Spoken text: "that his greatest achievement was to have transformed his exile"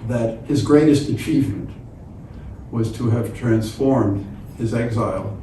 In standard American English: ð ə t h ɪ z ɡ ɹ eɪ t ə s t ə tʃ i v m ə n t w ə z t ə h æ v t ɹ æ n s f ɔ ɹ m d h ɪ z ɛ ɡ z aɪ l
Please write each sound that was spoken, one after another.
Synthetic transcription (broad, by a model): ð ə t h ɪ z ɡ ɹ eɪ t ə s t ə tʃ i v m ə n t w ə z t ə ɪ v t ɹ æ n s f ɔ ɹ m d h ɪ z ɛ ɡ z aɪ l